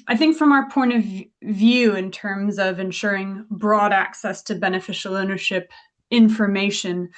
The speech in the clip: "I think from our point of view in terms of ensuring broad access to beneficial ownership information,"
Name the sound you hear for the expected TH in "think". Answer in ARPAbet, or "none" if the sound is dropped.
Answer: TH